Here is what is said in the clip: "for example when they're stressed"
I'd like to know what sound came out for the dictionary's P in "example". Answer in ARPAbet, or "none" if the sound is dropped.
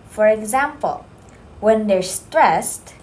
P